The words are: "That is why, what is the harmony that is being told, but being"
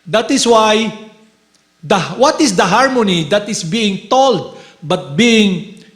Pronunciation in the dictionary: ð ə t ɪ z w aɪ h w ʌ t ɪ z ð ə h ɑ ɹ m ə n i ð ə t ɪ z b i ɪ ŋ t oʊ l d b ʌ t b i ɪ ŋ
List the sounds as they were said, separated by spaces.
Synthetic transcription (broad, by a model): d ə t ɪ s w aɪ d w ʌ t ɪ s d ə h ɑ ɹ m ə n i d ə t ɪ s b i ɪ ŋ t oʊ l d b ʌ t b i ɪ ŋ